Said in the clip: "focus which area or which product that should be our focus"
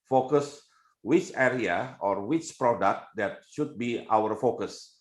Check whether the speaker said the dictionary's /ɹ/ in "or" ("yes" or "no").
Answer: yes